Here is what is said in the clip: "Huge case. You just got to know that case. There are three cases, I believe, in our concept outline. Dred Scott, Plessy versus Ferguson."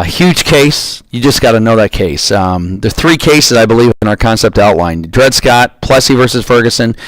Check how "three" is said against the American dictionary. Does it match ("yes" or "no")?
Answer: yes